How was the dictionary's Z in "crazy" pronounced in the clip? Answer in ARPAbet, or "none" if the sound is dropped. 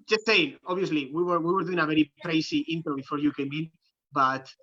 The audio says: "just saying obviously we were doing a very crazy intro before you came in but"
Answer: S